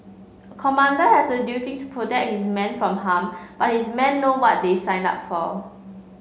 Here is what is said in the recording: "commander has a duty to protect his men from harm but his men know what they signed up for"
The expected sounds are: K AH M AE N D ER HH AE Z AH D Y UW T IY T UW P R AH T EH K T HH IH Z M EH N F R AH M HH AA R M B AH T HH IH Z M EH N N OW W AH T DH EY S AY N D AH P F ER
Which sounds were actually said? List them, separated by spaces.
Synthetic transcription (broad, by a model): K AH M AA N D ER HH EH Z AH D Y UW T IY T UW P R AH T EH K HH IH S M EH N F R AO M HH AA M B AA T HH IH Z M EH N N OW W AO T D EY S AY N AH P F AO